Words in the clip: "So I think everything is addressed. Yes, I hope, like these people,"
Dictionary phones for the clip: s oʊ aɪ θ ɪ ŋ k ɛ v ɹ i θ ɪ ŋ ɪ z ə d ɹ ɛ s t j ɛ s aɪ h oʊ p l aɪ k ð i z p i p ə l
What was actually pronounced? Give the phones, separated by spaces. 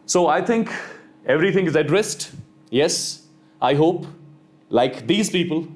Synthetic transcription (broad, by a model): s oʊ aɪ t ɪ ŋ k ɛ v ɹ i t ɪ ŋ ɪ z ə d ɹ ɛ s t j ɛ s aɪ h oʊ p l aɪ k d i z p i p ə l